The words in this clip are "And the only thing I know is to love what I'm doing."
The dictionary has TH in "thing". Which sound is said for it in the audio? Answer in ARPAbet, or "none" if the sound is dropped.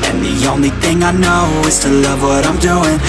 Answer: TH